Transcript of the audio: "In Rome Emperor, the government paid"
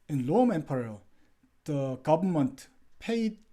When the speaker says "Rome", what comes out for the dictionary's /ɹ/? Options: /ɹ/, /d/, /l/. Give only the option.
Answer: /l/